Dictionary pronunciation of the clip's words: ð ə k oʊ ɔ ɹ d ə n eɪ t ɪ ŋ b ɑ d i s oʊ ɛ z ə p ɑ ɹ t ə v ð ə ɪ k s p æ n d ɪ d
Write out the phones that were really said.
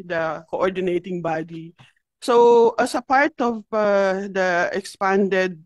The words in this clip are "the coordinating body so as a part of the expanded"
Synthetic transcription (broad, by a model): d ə k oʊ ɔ ɹ d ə n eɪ t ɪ ŋ b ɑ d i s oʊ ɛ s ə p ɑ ɹ t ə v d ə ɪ k s p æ n d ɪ d